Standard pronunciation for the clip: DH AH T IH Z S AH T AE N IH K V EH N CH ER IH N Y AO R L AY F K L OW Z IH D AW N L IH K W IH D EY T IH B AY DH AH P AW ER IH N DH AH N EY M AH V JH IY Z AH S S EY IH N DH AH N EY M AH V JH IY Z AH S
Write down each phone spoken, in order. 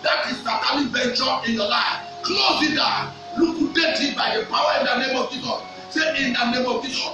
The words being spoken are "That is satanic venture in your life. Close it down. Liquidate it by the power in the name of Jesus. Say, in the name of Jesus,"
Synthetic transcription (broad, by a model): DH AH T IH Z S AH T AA L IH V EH N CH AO IH N Y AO L AY F K L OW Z IH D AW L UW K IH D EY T IH B AY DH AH P AW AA IH N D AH N EY M AH V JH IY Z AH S S EY IH N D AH N EY M AH V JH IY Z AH